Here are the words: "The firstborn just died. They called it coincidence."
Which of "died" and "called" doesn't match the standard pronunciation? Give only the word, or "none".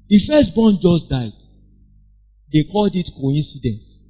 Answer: none